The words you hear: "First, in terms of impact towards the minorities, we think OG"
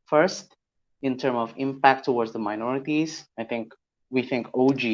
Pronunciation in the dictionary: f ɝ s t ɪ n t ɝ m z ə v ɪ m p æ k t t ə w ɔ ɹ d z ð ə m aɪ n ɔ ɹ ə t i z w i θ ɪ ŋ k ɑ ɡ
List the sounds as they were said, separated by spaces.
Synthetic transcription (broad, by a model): f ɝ s t ɪ n t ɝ m ə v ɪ m p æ k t t ə w ɔ ɹ d z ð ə m aɪ n ɔ ɹ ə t i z w i θ ɪ ŋ k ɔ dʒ